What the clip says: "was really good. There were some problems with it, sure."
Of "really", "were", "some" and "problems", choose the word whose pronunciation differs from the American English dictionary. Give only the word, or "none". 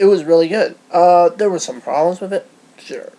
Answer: none